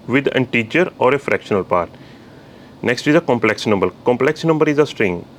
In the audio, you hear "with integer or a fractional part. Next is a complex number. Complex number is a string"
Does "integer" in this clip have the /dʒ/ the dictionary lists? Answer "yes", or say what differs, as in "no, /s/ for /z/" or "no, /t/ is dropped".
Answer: no, /tʃ/ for /dʒ/